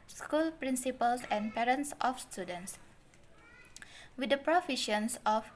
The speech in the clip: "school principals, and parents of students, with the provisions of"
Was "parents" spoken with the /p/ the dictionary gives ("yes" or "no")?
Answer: yes